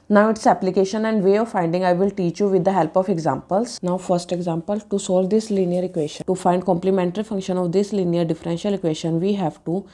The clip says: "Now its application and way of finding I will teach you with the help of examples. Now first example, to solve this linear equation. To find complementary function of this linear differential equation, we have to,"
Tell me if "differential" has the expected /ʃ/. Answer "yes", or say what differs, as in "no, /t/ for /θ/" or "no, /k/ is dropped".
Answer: yes